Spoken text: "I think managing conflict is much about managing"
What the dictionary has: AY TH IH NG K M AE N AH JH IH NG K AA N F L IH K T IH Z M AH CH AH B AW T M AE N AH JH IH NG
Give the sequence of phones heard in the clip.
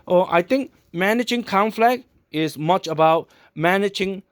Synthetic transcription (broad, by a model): AY T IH NG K M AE N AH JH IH NG K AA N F L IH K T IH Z M AH CH AH B AW T M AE N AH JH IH NG